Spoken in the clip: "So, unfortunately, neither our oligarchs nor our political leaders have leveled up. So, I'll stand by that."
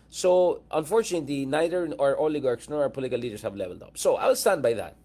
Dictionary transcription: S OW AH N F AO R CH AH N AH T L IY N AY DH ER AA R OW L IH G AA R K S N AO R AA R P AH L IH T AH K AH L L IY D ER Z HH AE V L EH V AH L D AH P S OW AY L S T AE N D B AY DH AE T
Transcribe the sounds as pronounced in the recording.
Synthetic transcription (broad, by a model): S OW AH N F AO R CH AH N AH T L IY N AY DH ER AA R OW L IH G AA R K S N AO R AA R P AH L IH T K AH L L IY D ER S HH AE V L EH V AH L D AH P S OW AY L S T AE N D B AY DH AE T